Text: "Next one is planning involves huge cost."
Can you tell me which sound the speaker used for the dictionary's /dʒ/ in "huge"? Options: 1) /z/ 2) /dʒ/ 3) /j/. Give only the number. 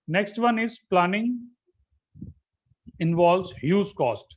1